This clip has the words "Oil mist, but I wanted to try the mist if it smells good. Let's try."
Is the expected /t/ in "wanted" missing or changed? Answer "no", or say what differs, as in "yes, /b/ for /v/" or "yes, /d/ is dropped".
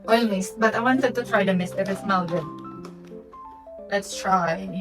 yes, /s/ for /t/